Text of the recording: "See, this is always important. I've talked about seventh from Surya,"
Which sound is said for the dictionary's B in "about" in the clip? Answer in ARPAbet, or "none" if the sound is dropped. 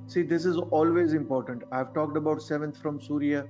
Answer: B